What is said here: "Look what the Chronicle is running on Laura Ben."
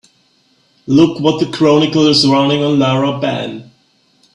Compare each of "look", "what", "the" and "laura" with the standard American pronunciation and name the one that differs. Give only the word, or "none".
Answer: laura